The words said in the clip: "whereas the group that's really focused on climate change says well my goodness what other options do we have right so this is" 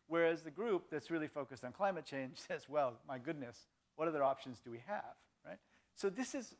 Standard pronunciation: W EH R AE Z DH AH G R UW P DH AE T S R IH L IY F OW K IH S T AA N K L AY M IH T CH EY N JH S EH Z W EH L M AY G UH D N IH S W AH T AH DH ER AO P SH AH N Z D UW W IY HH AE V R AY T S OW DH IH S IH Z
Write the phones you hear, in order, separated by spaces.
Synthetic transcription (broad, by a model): W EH R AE Z DH AH G R UW P DH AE T S R IH L IY F OW K IH S T N K L AY M IH T CH EY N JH S EH Z W EH L M AY G UH D N IH S W AH T AH DH ER AO P SH AH N Z D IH W IY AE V R AY T S OW DH IH S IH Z